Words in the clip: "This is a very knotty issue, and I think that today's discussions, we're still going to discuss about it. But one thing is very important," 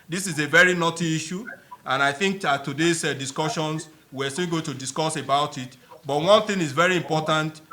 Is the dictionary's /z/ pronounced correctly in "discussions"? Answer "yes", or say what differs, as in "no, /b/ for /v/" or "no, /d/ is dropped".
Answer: no, /s/ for /z/